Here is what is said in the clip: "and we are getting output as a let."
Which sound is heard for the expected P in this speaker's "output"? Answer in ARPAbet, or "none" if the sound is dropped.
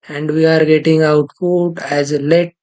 F